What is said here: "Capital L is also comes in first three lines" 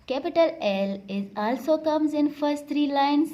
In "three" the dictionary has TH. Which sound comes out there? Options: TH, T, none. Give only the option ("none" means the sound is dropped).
T